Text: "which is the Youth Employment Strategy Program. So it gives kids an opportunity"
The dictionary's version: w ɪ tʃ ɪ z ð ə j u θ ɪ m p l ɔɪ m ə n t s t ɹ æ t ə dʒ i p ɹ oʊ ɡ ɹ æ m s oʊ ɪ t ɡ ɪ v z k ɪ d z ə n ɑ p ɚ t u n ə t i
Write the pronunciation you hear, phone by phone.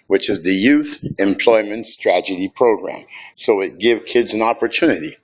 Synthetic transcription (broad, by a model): w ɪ tʃ ɪ z ð ə j u θ ɪ m p l ɔɪ m ə n t s t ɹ æ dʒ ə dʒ i p ɹ oʊ ɡ ɹ æ m s oʊ ɪ t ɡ ɪ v k ɪ d z ə n ɑ p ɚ t u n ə t i